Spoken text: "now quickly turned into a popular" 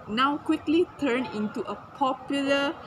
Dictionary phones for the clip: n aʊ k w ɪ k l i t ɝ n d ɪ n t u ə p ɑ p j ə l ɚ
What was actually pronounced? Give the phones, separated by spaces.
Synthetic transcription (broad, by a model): n aʊ k w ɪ k l i t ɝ n ɪ n t u ə p ɑ p j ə l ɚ